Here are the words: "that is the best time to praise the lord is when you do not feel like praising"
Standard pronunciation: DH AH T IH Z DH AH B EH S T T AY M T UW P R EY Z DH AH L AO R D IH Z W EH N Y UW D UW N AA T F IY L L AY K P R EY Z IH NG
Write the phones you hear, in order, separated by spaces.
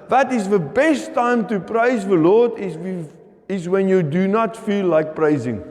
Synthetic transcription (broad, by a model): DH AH T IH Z DH AH B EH S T T AY M T UW P R EY Z DH AH L AO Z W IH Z W EH N Y UW D UW N AA T F IY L L AY K P R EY Z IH NG